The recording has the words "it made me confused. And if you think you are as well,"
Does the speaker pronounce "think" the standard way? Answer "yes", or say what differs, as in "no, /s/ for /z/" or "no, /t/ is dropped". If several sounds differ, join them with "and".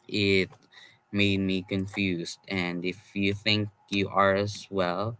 yes